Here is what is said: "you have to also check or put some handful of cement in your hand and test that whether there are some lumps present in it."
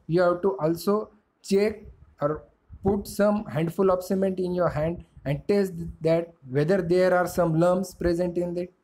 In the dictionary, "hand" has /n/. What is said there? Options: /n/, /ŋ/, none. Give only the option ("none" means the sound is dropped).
/n/